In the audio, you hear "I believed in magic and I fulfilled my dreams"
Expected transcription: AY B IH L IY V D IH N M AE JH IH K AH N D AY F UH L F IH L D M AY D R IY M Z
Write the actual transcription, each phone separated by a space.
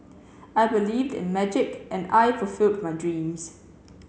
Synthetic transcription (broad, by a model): AY B IH L IY V D IH N M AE JH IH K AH N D AY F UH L F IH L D M AY D R IY M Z